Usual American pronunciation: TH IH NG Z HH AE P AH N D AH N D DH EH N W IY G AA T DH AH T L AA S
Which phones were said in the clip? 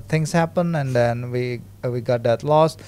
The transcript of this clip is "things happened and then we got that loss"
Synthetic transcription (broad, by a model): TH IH NG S HH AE P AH N AH N D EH N W IY G AA T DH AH T L AA S